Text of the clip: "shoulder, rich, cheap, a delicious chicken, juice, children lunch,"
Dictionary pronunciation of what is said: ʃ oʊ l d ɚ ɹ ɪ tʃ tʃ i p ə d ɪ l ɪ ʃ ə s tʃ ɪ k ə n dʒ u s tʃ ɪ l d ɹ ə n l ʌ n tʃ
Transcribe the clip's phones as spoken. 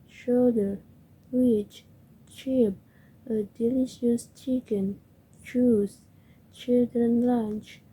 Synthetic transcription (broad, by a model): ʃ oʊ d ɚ w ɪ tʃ tʃ i p ə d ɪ l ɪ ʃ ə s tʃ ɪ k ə n tʃ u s tʃ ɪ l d ɹ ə n l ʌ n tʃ